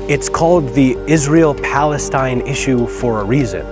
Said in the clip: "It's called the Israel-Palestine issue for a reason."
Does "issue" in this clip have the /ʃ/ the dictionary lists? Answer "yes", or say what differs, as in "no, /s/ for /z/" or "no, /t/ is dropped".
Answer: yes